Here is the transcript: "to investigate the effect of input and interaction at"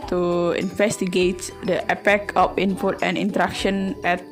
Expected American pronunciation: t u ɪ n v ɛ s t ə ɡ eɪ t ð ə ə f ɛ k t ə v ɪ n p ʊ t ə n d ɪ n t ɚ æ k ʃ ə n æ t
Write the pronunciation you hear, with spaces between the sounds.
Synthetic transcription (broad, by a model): t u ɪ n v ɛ s t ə ɡ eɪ t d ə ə p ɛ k ə f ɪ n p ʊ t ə n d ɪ n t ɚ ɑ k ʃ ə n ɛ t